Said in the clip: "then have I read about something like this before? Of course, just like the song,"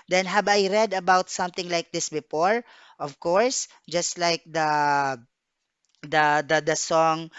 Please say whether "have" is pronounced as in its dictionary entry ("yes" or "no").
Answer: no